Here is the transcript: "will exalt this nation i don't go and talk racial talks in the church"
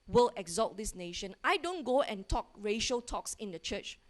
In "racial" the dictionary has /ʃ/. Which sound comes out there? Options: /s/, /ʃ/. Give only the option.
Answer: /ʃ/